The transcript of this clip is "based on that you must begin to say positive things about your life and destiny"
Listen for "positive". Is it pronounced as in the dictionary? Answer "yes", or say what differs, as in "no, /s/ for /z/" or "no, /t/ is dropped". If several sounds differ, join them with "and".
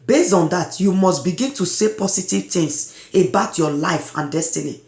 no, /s/ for /z/